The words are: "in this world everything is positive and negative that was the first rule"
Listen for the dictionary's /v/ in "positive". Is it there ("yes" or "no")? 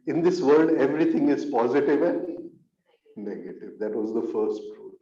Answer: yes